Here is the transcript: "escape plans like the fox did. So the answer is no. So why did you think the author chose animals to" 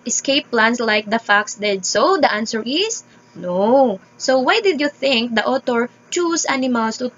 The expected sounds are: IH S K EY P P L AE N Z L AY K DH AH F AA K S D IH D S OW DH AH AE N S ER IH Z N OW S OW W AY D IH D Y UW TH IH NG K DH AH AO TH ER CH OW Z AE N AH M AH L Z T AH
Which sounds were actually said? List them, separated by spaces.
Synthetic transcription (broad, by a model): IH S K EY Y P L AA N S L AY K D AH F AA K S D IH D S OW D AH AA N S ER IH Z N OW S OW W AY D IH D Y UW TH IH NG K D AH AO T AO CH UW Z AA N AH M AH L S T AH